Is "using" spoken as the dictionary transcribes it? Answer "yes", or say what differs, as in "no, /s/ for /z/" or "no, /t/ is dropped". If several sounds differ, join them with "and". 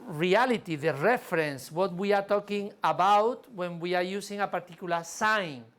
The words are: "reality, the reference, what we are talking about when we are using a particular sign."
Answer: no, /s/ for /z/